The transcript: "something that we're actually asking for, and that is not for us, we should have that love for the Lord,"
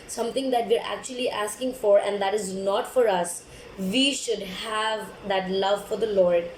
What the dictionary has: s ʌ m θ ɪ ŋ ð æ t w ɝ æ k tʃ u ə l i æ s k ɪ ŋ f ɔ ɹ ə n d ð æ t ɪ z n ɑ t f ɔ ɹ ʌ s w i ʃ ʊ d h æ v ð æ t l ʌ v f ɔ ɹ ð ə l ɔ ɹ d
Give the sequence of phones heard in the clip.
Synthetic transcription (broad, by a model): s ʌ m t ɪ ŋ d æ t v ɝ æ k tʃ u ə l i æ s k ɪ ŋ f ɔ ɹ ə n d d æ t ɪ z n ɑ t f ɔ ɹ ʌ s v i ʃ ʊ d h æ v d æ t l ʌ v f ɔ ɹ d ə l ɔ ɹ d